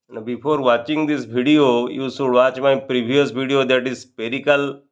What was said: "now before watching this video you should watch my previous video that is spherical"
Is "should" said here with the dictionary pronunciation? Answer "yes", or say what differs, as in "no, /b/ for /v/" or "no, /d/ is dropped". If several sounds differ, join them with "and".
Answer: no, /s/ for /ʃ/